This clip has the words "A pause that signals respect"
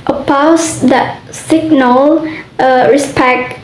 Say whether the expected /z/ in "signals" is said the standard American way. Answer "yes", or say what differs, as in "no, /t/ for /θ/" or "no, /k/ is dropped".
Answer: no, /z/ is dropped